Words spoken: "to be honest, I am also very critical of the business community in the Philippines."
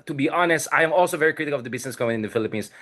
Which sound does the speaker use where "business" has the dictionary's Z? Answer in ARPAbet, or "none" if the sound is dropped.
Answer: S